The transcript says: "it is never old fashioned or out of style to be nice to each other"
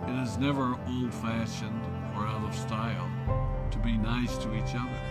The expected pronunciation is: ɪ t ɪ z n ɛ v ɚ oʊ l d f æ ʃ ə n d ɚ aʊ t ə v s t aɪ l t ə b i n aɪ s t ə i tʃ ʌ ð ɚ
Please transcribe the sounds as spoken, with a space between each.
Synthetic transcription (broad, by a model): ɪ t ɪ z n ɛ v ɚ oʊ l d f æ ʃ ə n d ɚ aʊ t ə v s t aɪ l t ə b i n aɪ s t ə i tʃ ʌ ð ɚ